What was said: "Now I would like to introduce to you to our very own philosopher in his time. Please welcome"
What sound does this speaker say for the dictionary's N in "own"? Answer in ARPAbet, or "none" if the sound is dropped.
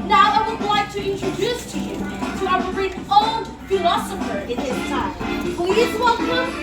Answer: L